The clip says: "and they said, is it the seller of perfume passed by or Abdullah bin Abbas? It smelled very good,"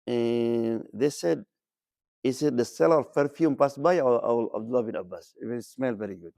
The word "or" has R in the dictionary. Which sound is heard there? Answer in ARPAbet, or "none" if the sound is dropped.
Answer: L